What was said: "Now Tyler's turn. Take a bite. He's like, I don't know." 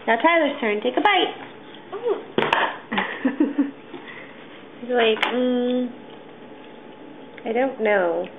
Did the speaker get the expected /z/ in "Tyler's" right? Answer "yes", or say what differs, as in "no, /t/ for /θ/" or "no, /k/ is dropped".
no, /s/ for /z/